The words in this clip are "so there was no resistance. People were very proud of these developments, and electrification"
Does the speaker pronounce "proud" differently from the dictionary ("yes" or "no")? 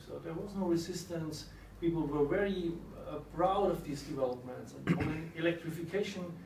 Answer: yes